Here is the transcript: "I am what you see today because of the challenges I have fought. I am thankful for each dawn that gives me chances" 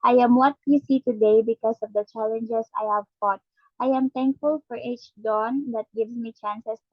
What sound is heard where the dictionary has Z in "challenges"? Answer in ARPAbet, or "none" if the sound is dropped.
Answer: S